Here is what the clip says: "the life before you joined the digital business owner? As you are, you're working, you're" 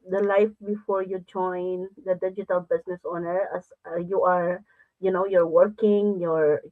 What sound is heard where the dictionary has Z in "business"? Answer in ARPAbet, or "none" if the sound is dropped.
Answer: S